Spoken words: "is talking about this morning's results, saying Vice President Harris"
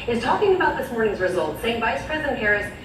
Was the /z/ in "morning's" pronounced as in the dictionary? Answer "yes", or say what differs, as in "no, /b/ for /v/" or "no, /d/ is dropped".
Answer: yes